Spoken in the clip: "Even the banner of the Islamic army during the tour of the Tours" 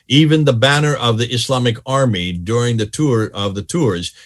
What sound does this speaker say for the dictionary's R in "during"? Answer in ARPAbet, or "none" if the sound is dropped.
R